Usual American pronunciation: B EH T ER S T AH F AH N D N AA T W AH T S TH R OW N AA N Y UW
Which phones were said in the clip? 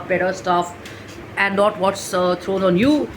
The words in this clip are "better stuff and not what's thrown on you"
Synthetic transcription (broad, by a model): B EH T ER S T AH F AH N D N AA T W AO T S T R OW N AA N Y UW